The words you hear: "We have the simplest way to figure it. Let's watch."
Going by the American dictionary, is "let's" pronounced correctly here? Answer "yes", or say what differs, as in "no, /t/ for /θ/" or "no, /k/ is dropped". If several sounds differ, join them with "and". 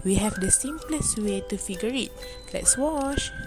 yes